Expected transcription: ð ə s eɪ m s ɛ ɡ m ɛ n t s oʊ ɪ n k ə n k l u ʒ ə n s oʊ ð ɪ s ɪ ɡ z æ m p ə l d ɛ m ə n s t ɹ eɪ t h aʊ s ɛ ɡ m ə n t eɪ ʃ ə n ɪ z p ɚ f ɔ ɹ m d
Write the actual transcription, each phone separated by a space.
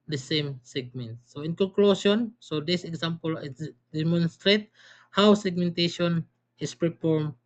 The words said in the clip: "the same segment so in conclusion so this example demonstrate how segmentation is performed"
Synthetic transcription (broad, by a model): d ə s eɪ m s ɛ ɡ m ɛ n t s oʊ ɪ n k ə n k l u s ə n s oʊ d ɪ s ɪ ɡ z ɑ m p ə l d ɛ m ə n s t ɹ eɪ t h aʊ s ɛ ɡ m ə n t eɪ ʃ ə n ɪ s p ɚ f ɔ ɹ m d